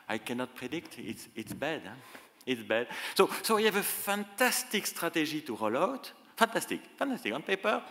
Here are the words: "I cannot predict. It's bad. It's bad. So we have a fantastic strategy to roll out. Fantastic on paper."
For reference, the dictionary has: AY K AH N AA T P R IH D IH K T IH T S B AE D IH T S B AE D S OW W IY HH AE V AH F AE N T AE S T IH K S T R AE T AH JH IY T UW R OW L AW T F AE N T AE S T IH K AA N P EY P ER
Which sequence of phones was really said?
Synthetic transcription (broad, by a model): AY K AH N AA T P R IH D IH K T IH T S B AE D IH T S B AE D S OW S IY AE V AH F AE N T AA S T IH K S T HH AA T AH ZH IY T UW R OW L AW T F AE N T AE S T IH K AA N P EY P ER